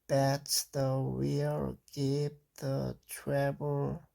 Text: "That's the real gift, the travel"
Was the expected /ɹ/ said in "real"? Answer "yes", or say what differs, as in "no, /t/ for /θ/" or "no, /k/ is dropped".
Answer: no, /w/ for /ɹ/